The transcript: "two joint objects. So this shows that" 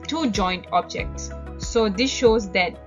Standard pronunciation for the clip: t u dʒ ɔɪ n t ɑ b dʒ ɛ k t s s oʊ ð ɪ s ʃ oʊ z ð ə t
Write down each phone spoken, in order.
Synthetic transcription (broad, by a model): t u dʒ ɔɪ n t ɑ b dʒ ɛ k t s s oʊ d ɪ s ʃ oʊ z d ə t